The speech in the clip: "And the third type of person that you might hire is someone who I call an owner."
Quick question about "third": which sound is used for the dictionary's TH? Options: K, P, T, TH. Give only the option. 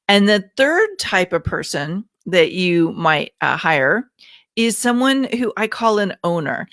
TH